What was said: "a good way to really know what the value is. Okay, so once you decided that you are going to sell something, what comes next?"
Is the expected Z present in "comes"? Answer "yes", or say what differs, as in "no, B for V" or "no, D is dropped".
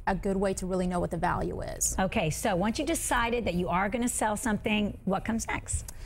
yes